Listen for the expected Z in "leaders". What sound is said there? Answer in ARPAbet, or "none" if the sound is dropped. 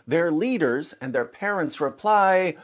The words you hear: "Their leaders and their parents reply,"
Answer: Z